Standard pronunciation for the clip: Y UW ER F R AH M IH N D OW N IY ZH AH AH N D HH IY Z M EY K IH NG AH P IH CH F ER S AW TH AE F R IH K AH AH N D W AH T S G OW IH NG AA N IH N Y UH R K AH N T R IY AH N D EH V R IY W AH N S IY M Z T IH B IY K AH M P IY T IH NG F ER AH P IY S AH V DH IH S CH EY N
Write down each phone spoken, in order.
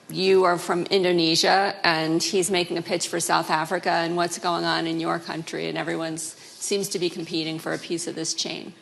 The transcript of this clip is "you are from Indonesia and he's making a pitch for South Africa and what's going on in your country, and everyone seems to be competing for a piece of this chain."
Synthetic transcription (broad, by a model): Y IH ER F R AH M IH N D OW N IY ZH AH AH N IY Z M EY K IH NG AH P IH CH F ER S AW TH AE F R IH K AH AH N W AH T S G OW IH NG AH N IH N Y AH R K AH N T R IY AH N EH V R IY W AH N S IY M Z T IH B IY K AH M P IY T IH NG F ER AH P IY S AH V DH IH S CH EY N